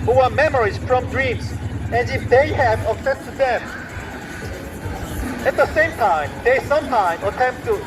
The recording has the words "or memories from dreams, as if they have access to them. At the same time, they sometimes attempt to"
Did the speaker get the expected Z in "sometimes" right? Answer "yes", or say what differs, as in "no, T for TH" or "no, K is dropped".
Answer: no, Z is dropped